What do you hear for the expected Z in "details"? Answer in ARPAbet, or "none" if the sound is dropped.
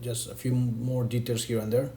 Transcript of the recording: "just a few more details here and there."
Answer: S